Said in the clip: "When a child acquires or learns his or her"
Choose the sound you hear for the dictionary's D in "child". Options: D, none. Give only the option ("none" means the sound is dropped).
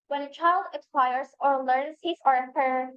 D